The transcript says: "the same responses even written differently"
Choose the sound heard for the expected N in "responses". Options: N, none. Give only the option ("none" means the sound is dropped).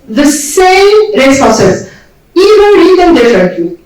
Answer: none